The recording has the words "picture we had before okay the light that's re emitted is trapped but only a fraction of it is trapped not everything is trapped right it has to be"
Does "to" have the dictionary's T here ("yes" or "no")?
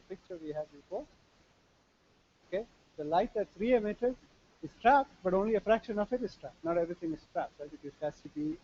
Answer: no